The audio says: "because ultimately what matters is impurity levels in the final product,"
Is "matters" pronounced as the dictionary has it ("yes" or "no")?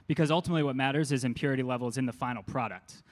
yes